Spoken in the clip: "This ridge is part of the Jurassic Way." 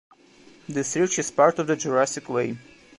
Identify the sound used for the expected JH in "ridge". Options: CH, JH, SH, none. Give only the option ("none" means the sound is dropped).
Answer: CH